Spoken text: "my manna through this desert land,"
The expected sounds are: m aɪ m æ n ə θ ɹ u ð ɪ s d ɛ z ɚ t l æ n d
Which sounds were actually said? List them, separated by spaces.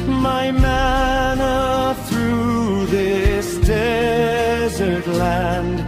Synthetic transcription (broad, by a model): m aɪ m æ n ə θ ɹ u ð ɪ s d ɛ z ɚ t l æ n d